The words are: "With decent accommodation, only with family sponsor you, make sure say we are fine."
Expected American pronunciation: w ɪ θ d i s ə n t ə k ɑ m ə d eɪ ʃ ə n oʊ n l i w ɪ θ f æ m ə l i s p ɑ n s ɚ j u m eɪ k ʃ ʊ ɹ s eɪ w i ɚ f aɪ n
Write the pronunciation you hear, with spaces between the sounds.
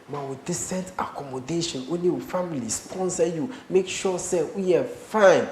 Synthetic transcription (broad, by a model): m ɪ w d i s ə n t ə k ɑ m ə d eɪ ʃ ə n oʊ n i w f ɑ m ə l i s p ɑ n s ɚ j u m eɪ k ʃ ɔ s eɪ w i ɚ f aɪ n